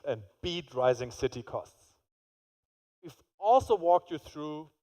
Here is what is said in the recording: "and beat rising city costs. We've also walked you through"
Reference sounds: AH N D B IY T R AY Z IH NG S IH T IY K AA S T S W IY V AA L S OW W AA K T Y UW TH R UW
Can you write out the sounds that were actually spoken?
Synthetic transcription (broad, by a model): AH N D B IY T R AY Z IH NG S IH T IY K AA S T S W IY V AA L S OW W AA K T Y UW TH R UW